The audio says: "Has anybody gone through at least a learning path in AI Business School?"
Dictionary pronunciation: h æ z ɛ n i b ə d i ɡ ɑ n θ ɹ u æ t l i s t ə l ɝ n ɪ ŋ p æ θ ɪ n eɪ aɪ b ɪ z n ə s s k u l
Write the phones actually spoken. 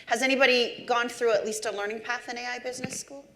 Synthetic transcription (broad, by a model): h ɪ z ɛ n i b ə d i ɡ ɑ n θ ɹ u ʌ t l i s t ə l ɝ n ɪ ŋ p æ θ ɪ n eɪ aɪ b ɪ z n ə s s k u l